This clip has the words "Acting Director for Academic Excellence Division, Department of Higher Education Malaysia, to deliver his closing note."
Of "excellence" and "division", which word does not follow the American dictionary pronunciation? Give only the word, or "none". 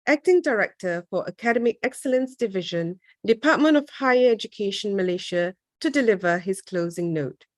none